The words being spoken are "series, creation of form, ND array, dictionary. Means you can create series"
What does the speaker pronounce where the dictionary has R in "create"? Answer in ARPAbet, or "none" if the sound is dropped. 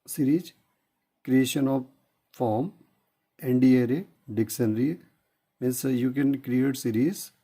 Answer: R